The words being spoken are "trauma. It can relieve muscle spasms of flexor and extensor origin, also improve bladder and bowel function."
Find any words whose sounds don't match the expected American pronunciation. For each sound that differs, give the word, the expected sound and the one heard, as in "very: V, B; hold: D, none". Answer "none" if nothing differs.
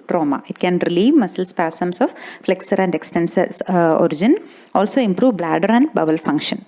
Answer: spasms: Z, S; spasms: Z, S